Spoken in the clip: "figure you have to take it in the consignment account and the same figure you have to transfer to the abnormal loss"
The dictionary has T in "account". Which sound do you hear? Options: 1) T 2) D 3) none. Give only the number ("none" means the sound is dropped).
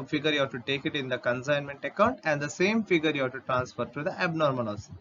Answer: 1